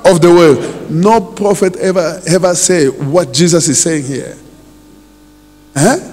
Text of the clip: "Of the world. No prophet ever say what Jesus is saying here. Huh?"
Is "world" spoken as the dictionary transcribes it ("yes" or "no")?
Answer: no